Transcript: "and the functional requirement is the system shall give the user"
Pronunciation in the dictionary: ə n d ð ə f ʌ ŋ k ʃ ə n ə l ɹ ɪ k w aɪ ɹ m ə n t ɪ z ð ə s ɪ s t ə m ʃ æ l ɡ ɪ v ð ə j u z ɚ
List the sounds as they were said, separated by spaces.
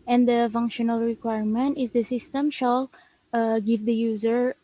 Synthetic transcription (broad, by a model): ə n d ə f ʌ ŋ k ʃ ə n ə l ɹ ɪ k w aɪ ɹ m ə n t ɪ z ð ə s ɪ s t ə m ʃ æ l ɡ ɪ v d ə j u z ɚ